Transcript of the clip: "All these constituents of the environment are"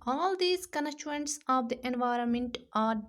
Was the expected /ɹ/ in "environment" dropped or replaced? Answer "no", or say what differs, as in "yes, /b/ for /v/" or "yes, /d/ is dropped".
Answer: no